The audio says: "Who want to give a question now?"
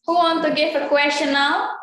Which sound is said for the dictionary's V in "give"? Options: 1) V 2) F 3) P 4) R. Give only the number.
2